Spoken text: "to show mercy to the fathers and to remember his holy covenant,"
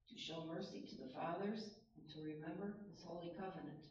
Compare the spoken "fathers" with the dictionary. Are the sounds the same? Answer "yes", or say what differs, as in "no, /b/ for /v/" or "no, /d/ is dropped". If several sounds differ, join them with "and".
yes